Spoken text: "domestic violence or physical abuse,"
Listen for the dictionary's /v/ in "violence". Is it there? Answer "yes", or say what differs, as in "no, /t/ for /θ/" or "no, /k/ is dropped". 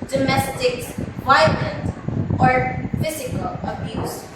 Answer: no, /p/ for /v/